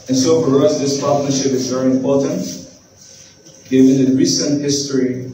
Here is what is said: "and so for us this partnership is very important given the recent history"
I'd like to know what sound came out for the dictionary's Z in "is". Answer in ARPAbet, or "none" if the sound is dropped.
Z